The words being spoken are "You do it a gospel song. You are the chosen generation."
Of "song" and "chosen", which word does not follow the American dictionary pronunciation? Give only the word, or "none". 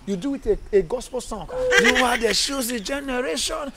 chosen